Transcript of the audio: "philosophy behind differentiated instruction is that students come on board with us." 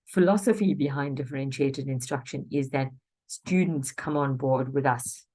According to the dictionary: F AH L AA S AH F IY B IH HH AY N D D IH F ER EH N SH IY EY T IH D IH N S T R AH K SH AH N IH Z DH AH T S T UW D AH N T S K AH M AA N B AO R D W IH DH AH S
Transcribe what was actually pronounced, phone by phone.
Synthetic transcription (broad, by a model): F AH L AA S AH F IY B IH HH AY N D D IH F ER EH N SH IY EY T IH D IH N S T R AH K SH AH N IH Z DH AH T S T UW D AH N T S K AH M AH N B AO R D W IH DH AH S